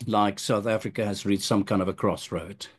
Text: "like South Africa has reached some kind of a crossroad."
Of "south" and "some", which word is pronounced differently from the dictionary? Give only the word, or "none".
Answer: none